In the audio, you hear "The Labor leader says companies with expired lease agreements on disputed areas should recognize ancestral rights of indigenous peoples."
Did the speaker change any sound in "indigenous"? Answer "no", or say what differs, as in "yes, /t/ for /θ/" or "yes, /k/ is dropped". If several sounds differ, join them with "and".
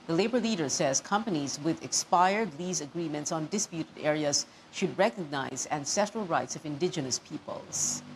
no